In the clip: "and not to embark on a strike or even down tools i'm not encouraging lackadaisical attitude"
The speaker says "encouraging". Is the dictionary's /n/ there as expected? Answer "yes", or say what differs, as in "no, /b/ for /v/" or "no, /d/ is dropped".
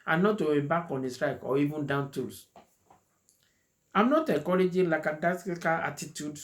no, /n/ is dropped